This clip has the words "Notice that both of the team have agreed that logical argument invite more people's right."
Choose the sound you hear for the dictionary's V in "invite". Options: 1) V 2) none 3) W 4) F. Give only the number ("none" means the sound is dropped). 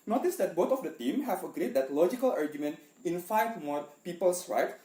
4